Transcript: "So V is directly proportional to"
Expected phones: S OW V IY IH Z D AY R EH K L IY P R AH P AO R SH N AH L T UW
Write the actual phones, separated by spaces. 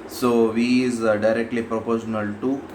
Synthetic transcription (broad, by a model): S OW V IY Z D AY R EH K L IY P R AH P AO R SH N AH L T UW